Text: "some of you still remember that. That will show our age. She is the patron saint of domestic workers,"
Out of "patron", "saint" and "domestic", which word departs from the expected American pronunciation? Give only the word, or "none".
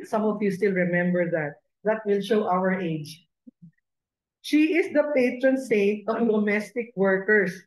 none